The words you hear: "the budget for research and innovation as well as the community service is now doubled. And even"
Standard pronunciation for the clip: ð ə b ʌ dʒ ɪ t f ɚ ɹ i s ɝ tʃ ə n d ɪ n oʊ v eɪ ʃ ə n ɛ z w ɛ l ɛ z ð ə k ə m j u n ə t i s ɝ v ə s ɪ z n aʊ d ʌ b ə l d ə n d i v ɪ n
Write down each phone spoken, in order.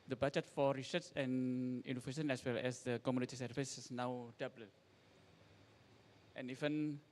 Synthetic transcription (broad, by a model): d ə b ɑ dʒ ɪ t f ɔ ɹ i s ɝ s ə n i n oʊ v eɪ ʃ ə n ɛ s w ɛ l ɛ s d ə k ə m j u n ə t i s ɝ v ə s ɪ s n aʊ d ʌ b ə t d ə n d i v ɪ n